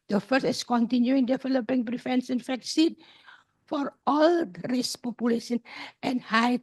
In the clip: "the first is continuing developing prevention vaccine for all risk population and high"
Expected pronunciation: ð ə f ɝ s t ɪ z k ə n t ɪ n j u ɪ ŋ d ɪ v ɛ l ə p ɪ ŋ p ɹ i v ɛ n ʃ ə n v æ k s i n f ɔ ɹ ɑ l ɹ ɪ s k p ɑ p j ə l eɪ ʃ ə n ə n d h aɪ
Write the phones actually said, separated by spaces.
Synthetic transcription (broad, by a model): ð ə f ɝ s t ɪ s k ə n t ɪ n j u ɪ ŋ d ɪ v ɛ l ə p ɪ ŋ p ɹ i f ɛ n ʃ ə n f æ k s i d f ɔ ɹ ɑ l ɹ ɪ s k p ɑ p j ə l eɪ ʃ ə n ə n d h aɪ